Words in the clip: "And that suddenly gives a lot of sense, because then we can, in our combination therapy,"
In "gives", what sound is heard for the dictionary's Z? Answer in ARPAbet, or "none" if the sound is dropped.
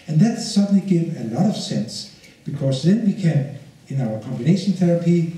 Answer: none